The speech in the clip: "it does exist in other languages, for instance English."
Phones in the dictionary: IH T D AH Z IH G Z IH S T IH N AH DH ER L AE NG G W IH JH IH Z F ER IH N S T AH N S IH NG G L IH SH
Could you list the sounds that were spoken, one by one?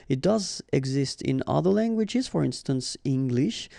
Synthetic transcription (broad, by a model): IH T D AH Z IH G Z IH S T IH N AH DH ER L AE NG G W IH JH IH Z F ER IH N S T AH N S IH NG G L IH SH